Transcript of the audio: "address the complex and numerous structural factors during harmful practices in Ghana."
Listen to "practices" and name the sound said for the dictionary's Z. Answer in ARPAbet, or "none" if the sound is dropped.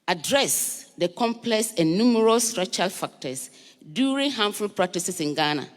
S